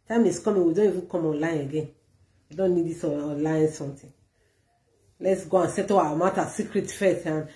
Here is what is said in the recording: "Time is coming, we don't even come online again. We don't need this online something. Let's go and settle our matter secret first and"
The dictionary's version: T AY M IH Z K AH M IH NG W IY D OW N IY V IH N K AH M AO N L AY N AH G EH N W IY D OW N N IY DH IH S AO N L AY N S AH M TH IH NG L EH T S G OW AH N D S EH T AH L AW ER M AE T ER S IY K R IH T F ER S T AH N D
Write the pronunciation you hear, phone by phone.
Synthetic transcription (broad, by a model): T AY M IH S K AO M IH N W IY D OW N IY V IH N K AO M AO N L AY N AH G EH N W IY D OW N N IY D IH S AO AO L AY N S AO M T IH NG L EH T S G OW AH N S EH T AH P AW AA M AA T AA S IY K R IH T F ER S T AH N